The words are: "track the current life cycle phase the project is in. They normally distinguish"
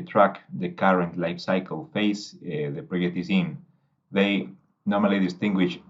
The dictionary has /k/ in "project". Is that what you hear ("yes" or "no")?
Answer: no